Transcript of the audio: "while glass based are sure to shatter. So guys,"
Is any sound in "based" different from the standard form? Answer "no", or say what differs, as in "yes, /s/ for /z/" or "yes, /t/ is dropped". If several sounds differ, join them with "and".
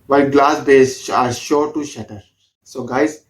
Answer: yes, /t/ is dropped